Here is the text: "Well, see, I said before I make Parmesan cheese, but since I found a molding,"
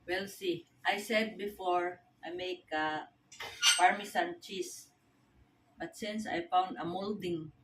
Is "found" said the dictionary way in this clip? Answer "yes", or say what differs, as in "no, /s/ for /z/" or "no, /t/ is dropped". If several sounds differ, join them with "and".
yes